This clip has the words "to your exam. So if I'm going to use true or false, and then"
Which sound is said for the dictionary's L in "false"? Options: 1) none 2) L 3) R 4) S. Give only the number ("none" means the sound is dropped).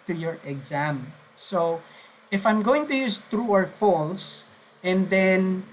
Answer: 2